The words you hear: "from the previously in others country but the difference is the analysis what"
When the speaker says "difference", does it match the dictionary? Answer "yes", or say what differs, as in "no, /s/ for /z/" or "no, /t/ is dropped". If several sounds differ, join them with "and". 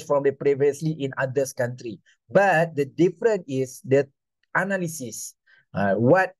no, /s/ is dropped